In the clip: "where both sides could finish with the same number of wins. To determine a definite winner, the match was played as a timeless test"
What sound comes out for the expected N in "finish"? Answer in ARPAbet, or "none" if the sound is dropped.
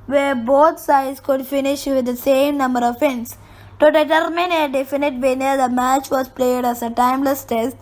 N